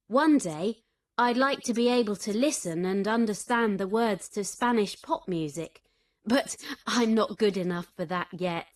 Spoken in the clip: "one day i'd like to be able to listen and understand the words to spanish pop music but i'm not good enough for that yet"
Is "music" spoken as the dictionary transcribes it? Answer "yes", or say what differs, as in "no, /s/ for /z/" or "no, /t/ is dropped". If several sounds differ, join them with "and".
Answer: yes